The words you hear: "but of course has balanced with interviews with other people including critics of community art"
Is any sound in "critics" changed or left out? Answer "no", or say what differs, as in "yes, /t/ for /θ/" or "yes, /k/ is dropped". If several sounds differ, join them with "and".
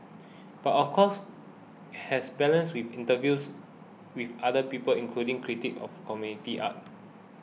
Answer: yes, /s/ is dropped